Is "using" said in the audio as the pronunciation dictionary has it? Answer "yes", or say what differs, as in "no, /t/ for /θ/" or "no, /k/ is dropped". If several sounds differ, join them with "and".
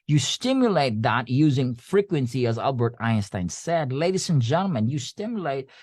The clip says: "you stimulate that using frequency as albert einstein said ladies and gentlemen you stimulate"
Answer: yes